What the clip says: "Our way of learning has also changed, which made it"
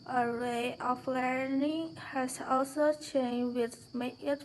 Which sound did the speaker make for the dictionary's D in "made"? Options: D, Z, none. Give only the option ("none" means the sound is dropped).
none